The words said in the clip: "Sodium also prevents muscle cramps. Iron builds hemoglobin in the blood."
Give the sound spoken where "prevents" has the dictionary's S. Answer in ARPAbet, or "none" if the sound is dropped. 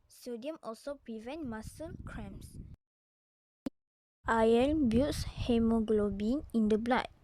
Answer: none